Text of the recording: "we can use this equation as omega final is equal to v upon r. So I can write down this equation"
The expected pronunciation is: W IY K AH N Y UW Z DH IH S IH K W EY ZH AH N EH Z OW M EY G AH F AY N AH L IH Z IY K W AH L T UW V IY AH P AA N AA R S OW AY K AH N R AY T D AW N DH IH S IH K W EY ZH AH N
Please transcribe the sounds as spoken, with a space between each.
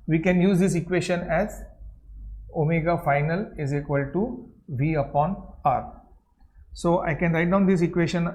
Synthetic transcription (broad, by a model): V IY K AH N Y UW Z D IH S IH K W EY SH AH N EH Z OW M EY G AH F AY N AH L IH Z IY K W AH L T UW V IY AH P AA N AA R S OW AY K AH N R AY T D AW N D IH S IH K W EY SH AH N